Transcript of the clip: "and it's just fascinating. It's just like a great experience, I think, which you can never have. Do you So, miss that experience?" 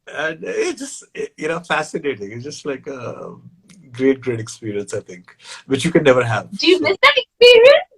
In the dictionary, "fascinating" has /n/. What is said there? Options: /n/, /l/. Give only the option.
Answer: /n/